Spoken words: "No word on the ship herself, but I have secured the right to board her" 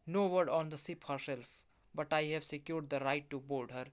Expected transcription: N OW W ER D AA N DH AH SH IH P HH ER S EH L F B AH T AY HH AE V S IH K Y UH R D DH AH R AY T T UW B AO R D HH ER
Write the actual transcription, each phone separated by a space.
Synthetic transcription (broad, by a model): N OW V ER D AA N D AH S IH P HH ER S EH L F B AH T AY HH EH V S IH K Y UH R D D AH R AY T T UW B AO L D HH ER